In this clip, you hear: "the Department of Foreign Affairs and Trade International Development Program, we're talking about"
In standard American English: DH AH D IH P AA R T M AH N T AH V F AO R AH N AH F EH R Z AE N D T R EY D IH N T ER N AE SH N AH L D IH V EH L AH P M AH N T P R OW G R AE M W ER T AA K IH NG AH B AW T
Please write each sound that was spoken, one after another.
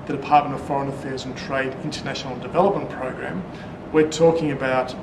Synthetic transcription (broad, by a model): DH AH D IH P AA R T M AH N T AH V F AO R AH N AH F EH R Z N T R EY D IH N T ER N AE SH N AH L D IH V EH L AH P M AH N P R OW G R AE M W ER T AA K IH NG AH B AW T